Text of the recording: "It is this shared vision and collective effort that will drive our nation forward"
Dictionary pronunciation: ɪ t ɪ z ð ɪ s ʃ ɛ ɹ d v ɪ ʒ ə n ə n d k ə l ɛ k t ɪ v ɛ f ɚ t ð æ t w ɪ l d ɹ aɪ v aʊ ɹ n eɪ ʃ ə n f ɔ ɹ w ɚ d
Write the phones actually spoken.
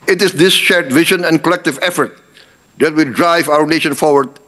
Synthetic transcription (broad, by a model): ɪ t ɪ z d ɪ s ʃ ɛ ɹ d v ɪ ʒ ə n ə n d k ə l ɛ k t ɪ v ɛ f ɚ t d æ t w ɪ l d ɹ aɪ v aʊ ɹ n eɪ ʃ ə n f ɔ ɹ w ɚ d